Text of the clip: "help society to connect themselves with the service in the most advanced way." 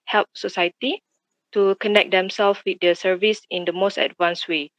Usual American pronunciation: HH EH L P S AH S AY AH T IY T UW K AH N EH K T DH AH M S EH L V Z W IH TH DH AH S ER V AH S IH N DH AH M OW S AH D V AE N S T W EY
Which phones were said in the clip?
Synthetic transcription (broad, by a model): HH EH L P S AH S AY AH T IY T UW K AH N EH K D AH M S EH L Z W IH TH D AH S ER V AH S IH N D AH M OW S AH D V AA N S W EY